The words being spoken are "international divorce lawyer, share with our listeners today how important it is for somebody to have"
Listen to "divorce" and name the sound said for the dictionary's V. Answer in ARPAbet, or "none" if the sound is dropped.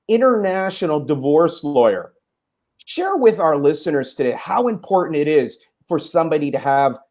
V